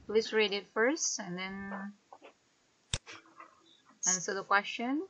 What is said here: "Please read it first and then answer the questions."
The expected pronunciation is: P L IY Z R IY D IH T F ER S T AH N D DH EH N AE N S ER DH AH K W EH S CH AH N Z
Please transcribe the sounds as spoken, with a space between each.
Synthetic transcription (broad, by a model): P L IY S R IY D IH T F ER S T AH N D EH N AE N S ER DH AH K W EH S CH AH N